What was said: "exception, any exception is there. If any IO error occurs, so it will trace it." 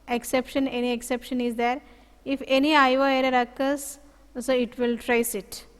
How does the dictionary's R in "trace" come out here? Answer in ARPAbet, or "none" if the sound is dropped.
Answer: R